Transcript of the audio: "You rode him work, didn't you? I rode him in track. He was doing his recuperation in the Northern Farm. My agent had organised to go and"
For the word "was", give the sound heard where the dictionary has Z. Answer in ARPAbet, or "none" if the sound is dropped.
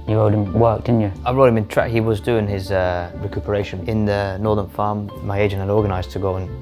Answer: Z